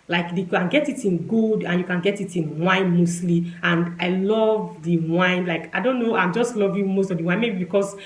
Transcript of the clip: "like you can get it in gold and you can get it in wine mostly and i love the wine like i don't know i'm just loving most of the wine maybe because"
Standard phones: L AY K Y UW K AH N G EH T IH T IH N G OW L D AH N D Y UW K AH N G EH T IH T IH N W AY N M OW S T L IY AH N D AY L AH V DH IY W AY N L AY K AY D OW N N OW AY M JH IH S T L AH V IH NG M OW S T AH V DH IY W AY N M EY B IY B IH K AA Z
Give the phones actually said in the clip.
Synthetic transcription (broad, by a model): L AY K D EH K AH N G EH T IH T IH N G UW D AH N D Y UW K AH N G EH T IH T IH N W AY N M OW S T L IY AH N D AY L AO V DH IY W AY N L AY K AY D OW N N OW AY M JH IH S T L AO V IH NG M OW S T AH V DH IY W AY N M EY B IY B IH K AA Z